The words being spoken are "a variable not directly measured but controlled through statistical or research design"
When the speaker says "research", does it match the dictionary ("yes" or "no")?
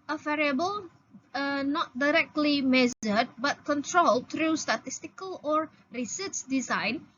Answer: no